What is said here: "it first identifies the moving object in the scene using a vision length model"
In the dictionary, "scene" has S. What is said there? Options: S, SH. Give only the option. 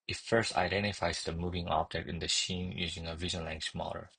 SH